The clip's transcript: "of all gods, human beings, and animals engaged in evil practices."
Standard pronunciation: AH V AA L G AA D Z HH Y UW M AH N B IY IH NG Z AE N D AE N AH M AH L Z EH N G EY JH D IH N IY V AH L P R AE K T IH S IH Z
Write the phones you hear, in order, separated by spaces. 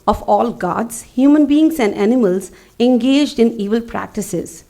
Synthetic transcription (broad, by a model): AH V AA L G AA D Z HH Y UW M AH N B IY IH NG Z AE N D AE N AH M AH L Z EH N G EY JH D IH N IY V AH L P R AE K T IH S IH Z